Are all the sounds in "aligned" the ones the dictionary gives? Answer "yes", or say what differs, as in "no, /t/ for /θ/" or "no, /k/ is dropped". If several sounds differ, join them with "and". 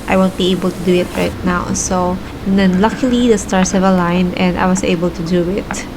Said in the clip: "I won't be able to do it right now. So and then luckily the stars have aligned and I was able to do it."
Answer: no, /d/ is dropped